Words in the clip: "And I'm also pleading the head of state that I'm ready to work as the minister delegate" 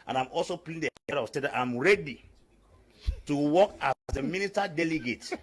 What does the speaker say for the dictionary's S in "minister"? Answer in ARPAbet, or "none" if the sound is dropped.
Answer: none